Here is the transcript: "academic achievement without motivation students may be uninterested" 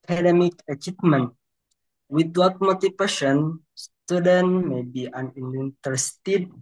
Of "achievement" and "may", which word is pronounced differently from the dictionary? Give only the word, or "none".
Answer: achievement